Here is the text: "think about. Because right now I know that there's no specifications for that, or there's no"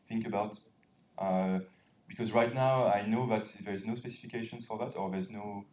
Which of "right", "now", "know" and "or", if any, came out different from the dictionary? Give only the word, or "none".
none